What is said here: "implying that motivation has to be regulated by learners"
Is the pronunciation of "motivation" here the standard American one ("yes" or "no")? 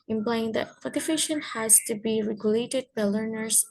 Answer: no